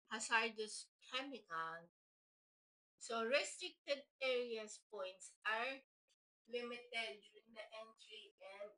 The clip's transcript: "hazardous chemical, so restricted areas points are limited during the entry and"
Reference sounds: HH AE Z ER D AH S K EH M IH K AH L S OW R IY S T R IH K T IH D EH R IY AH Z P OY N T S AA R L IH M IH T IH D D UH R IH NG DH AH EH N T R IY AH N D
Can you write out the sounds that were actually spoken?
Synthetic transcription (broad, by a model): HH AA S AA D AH S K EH M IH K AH N S OW R IY S T R IH K T IH D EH R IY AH S P OY N T S AA R L IH M IH T IH D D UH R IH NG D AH EH N T R IY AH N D